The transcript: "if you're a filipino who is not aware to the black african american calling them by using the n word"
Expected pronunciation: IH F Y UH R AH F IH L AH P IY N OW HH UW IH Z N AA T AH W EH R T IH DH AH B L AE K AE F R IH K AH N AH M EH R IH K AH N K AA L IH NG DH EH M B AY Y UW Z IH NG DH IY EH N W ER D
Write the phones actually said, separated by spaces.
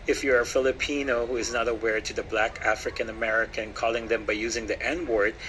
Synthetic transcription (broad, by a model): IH F Y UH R AH F IH L AH P IY N OW HH UW IH Z N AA T AH W EH R T IH DH AH B L AE K AE F R IH K AH N AH M EH R IH K AH N K AA L IH NG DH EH M B AY Y UW Z IH NG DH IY EH N W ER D